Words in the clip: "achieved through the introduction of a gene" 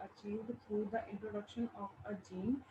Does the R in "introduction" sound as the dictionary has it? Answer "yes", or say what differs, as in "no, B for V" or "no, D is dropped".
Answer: yes